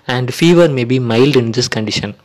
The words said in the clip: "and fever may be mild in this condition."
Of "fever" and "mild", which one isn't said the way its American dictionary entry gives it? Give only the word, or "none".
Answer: none